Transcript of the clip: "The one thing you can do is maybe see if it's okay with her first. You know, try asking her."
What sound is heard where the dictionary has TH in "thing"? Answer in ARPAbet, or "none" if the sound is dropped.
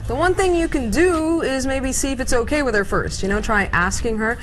TH